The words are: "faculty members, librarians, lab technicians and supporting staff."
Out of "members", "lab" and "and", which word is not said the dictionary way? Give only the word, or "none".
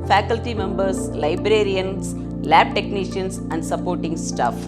members